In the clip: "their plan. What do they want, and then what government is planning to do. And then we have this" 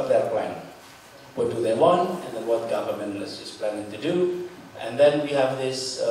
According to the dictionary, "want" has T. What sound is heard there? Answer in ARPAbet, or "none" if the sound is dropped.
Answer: T